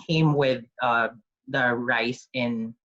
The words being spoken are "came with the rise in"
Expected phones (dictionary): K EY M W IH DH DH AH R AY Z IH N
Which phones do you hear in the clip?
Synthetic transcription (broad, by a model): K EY M W IH DH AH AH R AY S IH N